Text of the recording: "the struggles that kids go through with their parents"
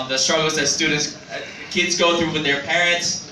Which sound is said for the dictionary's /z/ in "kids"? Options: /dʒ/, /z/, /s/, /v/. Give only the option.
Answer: /z/